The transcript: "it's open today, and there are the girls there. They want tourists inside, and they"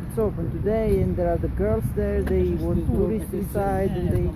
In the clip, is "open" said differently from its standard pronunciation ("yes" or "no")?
yes